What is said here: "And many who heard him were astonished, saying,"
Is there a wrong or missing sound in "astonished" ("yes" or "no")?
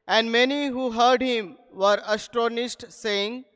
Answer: yes